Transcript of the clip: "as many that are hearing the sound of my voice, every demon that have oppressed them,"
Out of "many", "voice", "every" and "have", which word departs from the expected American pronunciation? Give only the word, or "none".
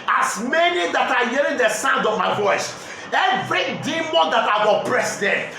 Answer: have